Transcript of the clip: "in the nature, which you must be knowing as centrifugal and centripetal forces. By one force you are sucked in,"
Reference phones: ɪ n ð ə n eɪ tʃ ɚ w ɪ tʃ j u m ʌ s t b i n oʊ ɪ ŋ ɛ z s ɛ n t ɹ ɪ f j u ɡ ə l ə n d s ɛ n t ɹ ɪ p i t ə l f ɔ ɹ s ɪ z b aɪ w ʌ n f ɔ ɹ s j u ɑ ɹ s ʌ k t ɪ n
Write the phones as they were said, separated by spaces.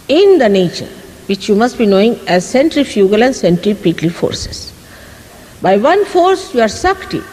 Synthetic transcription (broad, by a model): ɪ n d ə n eɪ tʃ ɚ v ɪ tʃ j u m ʌ s t b i n oʊ ɪ ŋ ɛ z s ɛ n t ɹ ɪ f j u ɡ ə l ə n d s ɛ n t ɹ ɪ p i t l f ɔ ɹ s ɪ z b aɪ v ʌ n f ɔ ɹ s j u ɑ ɹ s ʌ k t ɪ